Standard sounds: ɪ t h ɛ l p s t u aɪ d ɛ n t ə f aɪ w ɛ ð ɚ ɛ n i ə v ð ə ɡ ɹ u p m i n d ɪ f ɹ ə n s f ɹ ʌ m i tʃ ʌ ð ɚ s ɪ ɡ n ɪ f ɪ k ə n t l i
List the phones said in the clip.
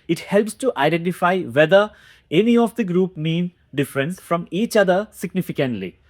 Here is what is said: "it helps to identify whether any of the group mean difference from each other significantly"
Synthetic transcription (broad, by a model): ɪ t h ɛ l p s t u aɪ d ɛ n t ə f aɪ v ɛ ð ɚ ɛ n i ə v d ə ɡ ɹ u p m i n d ɪ f ɹ ə n s f ɹ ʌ m i tʃ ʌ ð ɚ s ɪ ɡ n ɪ f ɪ k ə n t l i